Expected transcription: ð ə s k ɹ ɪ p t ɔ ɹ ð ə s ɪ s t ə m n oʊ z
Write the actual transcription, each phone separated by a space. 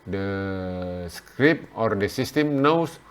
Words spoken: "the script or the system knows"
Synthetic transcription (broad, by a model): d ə s k ɹ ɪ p ɔ ɹ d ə s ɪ s t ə m n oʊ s